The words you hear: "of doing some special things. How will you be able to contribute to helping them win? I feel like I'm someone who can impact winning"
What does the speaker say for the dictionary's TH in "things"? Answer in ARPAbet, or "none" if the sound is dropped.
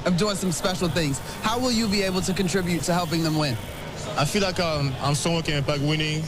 TH